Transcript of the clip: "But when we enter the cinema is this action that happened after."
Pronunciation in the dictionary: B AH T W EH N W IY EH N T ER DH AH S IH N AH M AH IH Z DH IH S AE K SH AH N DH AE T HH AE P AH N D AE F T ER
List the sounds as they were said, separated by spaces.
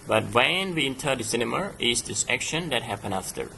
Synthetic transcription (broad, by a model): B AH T W EH N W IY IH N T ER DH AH S IH N AH M AH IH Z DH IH S AE K SH AH N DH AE T HH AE P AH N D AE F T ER